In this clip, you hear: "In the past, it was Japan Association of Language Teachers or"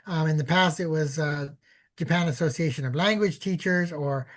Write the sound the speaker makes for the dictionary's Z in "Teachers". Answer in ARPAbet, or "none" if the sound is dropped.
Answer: Z